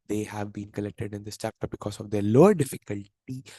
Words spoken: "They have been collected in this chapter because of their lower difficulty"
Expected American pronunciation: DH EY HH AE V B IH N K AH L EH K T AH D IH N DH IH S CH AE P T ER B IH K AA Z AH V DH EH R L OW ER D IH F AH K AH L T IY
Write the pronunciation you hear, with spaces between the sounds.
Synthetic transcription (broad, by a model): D EY HH AE V B IH N K AH L EH K T AH D IH N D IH S CH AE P T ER B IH K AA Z AH V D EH R L OW ER D IH F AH K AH L T IY